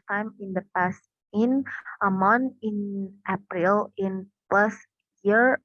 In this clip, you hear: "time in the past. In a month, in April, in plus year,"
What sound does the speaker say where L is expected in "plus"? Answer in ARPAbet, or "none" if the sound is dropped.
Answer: none